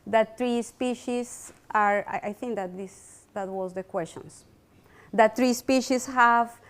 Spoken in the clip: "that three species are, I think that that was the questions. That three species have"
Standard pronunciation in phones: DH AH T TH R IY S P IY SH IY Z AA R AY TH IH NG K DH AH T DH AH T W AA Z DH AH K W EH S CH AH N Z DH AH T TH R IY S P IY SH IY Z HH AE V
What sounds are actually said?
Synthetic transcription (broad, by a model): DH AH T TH R IY S P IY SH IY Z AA R AY TH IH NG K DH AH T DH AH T W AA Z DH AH K W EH S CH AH N S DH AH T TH R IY S P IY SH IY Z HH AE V